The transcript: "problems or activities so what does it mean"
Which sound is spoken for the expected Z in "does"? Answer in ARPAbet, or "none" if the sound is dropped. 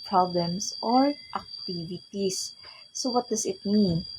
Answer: S